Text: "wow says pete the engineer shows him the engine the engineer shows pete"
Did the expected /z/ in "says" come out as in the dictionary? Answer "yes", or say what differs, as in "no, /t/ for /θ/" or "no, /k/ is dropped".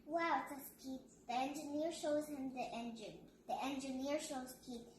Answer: no, /s/ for /z/